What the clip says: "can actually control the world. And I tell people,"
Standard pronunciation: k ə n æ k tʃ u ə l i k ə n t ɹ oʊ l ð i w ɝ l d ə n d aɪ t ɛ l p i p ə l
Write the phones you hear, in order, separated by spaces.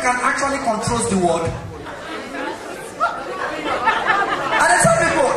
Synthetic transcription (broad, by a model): k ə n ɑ k tʃ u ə l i k ə n t ɹ oʊ l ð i w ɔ d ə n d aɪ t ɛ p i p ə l